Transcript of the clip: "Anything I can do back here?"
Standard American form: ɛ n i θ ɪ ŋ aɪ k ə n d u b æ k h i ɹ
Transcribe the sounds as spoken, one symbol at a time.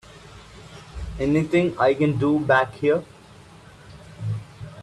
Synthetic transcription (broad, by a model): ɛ n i t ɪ ŋ aɪ k ə n d u b æ k h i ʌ